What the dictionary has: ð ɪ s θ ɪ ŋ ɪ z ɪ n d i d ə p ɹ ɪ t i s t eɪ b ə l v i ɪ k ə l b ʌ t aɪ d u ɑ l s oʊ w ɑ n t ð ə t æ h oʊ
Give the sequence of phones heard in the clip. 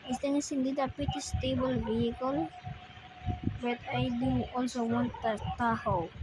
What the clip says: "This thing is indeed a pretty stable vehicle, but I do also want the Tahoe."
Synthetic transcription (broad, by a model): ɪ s t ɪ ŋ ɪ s ɪ n d i d ə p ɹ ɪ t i s t eɪ b ə l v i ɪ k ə l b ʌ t aɪ d u ɑ l s oʊ w ɑ n t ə t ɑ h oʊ